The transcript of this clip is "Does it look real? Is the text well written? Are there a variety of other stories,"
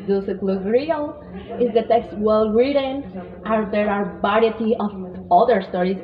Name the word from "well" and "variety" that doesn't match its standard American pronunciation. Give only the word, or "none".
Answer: variety